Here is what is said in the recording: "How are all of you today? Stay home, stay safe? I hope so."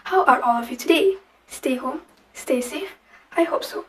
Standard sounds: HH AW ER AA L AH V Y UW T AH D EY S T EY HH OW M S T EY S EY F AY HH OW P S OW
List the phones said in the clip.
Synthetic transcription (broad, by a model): HH AW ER AA L AH V Y UW T AH D EY S T EY HH OW M S T EY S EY AY HH OW P S OW